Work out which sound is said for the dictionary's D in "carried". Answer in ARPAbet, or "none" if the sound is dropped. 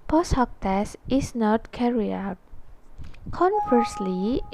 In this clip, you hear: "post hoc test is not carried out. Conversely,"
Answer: none